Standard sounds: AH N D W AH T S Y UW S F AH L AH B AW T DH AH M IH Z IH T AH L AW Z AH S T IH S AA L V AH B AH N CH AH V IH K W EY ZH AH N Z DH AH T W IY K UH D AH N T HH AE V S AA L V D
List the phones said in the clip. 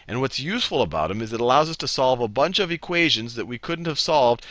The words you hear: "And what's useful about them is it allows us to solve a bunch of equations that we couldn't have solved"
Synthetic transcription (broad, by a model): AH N W AH T S Y UW S F L AH B AW T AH M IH Z IH T AH L AW Z AH S T IH S AA L V AH B AH N CH AH V IH K W EY ZH AH N Z DH AH T W IY K UH D N T HH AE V S AA L V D